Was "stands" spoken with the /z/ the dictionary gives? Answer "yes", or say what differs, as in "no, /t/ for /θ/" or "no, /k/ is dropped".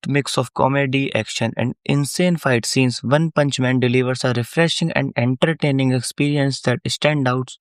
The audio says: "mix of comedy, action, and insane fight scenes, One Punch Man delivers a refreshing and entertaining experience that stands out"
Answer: no, /z/ is dropped